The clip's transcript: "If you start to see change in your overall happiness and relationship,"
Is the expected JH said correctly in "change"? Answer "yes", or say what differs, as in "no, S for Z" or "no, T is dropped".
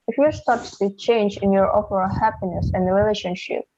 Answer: yes